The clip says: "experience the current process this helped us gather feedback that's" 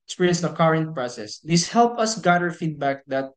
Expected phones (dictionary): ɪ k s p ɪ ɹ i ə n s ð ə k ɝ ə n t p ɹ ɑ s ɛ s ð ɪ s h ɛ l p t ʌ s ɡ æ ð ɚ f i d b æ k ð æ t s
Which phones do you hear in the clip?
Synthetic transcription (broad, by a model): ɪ k s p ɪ ɹ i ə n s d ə k ɝ ə n t p ɹ ɑ s ɛ s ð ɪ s h ɛ l p ʌ s ɡ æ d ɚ f i d b æ k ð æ t